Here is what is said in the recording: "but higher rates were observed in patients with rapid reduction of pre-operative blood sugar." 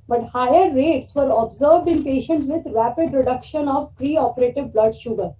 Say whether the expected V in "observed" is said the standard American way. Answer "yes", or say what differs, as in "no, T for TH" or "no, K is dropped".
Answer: yes